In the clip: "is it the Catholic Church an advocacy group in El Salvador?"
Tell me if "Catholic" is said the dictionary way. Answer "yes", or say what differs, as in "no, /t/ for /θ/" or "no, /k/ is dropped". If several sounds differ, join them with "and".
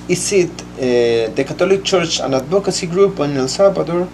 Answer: no, /t/ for /θ/